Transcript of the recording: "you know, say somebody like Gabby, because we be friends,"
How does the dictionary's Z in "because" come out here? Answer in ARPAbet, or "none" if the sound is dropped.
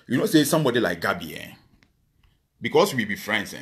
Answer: S